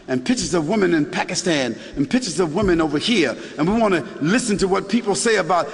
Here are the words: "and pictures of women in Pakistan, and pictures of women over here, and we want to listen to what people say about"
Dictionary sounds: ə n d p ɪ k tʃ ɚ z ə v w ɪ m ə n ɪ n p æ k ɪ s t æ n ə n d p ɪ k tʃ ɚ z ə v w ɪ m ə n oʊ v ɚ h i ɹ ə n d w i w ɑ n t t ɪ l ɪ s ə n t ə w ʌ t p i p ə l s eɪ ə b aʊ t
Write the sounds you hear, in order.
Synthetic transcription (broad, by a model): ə n p ɪ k tʃ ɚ z ə v w ɪ m ə n ɪ n p æ k ɪ s t æ n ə n p ɪ k tʃ ɚ z ə v w ɪ m ə n oʊ v ɚ h i ɹ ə n w i w ɑ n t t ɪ l ɪ s ə n t ə w ʌ t p i p l s eɪ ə b aʊ t